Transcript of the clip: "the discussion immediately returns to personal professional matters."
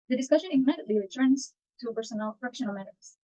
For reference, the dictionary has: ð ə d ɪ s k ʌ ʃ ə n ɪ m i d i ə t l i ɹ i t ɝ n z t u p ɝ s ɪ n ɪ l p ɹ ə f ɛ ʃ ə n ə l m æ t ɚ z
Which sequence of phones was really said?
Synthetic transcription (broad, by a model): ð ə d ɪ s k ʌ ʃ ə n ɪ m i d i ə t l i ɹ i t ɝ n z t u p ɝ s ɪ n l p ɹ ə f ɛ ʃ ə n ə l m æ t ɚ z